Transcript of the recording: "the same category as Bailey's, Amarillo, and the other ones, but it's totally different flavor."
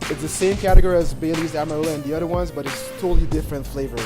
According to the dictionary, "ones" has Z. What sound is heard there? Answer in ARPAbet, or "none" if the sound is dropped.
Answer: Z